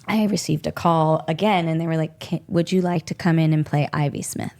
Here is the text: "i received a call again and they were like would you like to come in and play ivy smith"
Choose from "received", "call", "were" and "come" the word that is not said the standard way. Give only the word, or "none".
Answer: none